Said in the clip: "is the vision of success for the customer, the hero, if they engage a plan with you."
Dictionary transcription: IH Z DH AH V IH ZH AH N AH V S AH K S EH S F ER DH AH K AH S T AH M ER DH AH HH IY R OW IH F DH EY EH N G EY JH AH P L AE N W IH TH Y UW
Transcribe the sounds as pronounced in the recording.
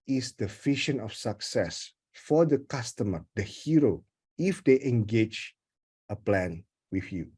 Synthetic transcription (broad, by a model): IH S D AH F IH SH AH N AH F S AH K S EH S F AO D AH K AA S T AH M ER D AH HH IY R OW IH F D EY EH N G EY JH AH P L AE N W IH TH Y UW